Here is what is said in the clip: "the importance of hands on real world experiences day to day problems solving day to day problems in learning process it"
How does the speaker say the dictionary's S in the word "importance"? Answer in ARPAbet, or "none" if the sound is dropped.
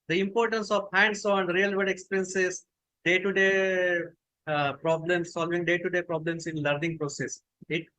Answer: S